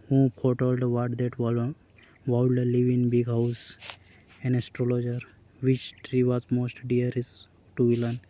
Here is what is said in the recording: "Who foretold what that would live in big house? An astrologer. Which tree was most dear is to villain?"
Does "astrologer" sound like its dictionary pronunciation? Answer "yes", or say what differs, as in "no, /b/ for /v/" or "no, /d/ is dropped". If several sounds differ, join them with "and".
yes